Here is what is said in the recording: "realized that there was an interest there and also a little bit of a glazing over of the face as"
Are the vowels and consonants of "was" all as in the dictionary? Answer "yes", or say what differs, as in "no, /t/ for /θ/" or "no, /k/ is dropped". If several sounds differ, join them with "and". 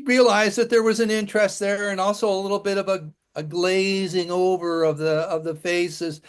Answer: yes